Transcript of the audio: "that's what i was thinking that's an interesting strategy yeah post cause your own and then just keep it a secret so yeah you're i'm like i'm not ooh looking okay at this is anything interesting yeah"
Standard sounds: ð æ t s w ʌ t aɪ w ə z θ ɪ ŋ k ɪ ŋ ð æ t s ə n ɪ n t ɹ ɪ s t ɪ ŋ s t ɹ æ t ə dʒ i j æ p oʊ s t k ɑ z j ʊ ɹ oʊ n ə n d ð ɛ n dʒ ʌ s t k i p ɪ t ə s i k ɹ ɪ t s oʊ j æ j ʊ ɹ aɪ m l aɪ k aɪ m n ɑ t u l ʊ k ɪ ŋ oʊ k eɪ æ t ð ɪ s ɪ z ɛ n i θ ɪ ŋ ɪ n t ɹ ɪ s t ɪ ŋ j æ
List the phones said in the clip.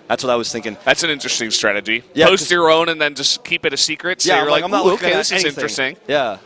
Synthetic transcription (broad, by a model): ð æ t s w ʌ t aɪ w ə z θ ɪ ŋ k ɪ ŋ ð æ t s ə n ɪ n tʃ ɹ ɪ s t ɪ ŋ s t ɹ æ t ə dʒ i j æ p oʊ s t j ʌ ɹ oʊ n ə n ð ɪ n dʒ ʌ s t k i p ɪ t ə s i k ɹ ɪ t s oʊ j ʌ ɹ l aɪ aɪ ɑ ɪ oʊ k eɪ ð ɪ s ɪ z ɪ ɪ n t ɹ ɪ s t ɪ ŋ j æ